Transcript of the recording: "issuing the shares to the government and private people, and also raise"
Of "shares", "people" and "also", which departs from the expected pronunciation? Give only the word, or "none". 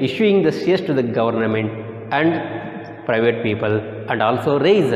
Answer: shares